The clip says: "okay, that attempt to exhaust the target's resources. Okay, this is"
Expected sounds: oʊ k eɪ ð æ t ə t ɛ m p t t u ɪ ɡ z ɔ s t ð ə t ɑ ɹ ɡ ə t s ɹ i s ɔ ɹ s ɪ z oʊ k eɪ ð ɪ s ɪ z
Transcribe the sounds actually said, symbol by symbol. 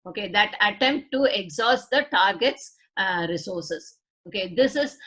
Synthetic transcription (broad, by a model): oʊ k eɪ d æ t ə t ɛ m p t t u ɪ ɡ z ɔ s t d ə t ɑ ɹ ɡ ə t s ɹ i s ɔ ɹ s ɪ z oʊ k eɪ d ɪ s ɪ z